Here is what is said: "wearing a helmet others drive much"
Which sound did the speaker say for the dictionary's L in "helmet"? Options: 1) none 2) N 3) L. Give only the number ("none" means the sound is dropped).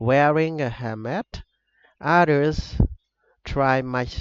1